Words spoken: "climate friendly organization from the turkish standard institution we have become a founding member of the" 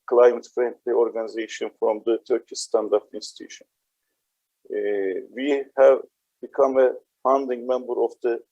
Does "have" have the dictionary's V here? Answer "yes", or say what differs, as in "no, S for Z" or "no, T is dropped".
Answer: yes